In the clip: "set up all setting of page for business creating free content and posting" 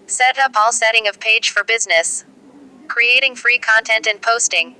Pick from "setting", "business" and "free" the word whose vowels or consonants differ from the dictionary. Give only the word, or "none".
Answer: none